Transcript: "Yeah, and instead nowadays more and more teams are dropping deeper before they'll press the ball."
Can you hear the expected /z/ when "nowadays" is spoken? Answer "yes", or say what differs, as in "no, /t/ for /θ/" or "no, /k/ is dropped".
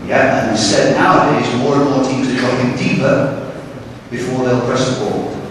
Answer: yes